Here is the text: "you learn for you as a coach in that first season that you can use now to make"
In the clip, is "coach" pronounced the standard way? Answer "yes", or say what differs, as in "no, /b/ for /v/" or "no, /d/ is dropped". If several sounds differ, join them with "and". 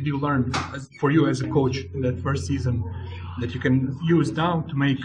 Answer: no, /tʃ/ is dropped